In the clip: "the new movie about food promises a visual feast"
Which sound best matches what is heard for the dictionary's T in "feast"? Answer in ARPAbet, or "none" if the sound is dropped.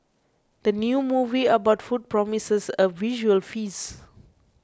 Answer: none